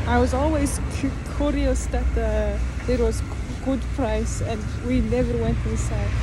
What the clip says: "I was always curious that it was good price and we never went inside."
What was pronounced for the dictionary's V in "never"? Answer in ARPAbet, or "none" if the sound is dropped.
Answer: V